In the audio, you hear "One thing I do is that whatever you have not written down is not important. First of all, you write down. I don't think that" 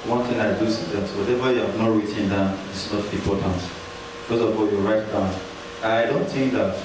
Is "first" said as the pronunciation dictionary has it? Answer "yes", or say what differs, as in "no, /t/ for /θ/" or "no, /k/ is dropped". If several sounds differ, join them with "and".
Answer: no, /t/ is dropped